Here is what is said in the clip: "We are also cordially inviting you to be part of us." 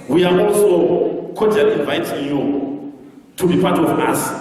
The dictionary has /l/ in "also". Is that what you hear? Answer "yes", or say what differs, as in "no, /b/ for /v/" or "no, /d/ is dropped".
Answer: yes